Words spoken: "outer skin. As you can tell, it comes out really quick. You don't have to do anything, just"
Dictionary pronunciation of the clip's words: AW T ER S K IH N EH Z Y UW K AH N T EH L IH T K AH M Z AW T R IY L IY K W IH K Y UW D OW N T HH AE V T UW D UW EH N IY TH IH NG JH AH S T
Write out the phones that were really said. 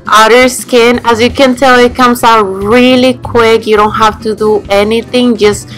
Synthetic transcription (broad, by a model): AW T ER S K IH N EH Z Y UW K AH N T EH L IH T K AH M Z AW T R IY L IY K W IH K Y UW D OW N T HH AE F T UW D UW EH N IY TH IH NG JH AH S T